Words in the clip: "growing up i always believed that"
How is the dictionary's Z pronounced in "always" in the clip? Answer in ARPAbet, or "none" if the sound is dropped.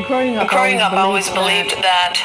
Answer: Z